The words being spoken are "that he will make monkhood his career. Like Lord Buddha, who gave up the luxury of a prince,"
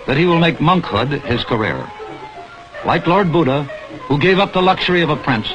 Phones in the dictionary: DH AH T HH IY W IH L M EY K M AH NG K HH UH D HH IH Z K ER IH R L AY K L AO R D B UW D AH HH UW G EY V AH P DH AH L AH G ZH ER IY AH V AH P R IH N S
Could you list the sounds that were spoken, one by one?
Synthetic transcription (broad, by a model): DH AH T HH IY W IH L M EY K M AH NG K HH UH D IH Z K ER IH R L AY K L AO R D B UW D AH HH UW G EY V AH P DH AH L AH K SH ER IY AH V AH P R IH N S